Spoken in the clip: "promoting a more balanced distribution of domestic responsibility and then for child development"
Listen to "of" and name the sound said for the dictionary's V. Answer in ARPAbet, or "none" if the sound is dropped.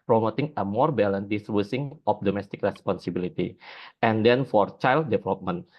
P